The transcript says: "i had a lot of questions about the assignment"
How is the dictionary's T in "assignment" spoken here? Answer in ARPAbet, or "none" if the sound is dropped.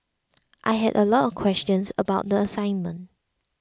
T